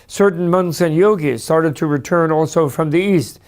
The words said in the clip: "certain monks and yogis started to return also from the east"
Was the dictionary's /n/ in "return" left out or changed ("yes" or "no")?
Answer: no